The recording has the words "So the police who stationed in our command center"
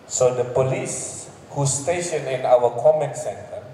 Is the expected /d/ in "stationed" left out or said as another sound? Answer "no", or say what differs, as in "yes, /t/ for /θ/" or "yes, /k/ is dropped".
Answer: yes, /d/ is dropped